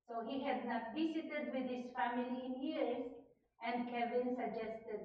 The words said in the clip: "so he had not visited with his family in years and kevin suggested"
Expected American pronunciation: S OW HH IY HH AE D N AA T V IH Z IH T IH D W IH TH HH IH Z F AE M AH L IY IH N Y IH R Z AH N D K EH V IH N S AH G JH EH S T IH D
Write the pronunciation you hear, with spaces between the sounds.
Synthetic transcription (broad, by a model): S OW HH IY HH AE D N AA T B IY S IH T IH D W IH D HH IH Z F AE M AH L IY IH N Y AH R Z AH N D K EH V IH N S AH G JH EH S T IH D